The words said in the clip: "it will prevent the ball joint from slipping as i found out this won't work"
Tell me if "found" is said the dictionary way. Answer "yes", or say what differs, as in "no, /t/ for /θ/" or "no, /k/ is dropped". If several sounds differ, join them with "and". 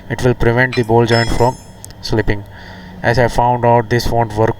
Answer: yes